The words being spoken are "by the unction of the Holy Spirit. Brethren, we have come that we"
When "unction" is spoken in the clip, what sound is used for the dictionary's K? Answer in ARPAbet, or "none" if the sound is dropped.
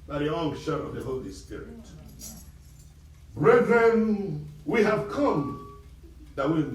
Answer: none